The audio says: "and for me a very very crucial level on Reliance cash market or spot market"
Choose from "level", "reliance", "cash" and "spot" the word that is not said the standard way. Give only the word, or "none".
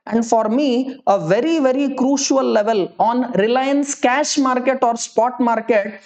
none